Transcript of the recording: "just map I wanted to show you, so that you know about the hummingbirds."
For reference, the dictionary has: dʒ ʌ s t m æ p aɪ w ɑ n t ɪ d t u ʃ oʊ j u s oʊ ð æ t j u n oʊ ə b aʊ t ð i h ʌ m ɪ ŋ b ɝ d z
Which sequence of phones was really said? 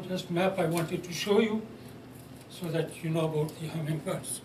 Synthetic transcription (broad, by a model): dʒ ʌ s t m æ p aɪ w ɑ n t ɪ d t u ʃ oʊ j u s oʊ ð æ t j u n oʊ ə b aʊ t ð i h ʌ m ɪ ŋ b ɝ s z